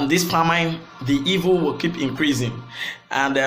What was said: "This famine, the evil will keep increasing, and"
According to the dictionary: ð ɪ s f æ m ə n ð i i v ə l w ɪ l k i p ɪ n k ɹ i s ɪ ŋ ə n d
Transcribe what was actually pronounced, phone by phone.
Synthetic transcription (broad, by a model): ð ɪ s p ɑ m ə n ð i i v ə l w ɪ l k i p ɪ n k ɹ i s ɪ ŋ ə n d